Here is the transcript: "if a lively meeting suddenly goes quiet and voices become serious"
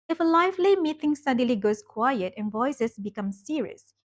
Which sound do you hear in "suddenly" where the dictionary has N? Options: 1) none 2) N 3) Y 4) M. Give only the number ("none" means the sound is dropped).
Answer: 1